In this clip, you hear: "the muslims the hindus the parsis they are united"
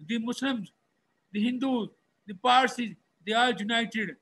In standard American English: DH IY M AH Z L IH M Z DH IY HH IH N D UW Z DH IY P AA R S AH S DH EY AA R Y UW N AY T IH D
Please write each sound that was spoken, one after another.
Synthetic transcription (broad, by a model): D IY M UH S L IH M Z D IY HH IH N D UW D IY P AA R S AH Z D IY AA L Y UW N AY T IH D